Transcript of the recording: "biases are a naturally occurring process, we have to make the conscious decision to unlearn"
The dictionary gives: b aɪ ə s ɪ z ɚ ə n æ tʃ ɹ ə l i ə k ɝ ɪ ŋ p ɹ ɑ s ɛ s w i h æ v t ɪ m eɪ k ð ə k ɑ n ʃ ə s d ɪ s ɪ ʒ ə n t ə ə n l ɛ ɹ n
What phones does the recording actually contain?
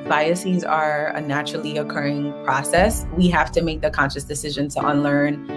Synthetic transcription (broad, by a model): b aɪ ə s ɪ z ɚ ə n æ tʃ ɹ l i ə k ɝ ɪ ŋ p ɹ ɑ s ɛ s w i h æ f t ɪ m eɪ k ð ə k ɑ n ʃ ə s d ɪ s ɪ ʒ ə n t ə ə n l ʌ ɹ n